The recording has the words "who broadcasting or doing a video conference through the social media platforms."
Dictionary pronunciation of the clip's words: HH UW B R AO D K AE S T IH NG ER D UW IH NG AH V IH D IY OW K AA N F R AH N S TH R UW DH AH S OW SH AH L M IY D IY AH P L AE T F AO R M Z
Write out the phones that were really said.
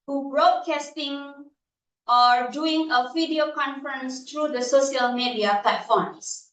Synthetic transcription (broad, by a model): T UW B R AO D K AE S T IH NG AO D UW IH NG AH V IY D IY OW K AA N F R AH N S T R UW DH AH S OW SH AH L M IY D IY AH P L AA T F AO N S